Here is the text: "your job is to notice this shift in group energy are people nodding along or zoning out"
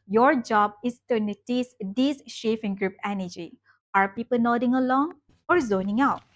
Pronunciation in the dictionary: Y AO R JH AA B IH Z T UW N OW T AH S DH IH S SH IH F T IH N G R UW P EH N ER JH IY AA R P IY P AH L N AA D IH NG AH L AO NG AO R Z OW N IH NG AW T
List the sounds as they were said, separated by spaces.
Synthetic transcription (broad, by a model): Y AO R JH AA B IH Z T UW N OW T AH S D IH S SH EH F IH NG G R UW P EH N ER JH IY AA R P IY P AH L N AA D IH NG AH L AO NG AO R Z OW N IH NG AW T